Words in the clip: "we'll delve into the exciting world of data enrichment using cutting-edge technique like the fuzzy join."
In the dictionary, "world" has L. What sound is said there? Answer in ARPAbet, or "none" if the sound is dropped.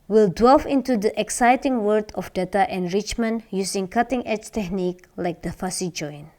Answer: none